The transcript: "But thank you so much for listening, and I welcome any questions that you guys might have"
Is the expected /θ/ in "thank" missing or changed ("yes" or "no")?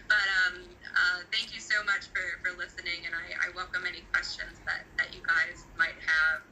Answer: no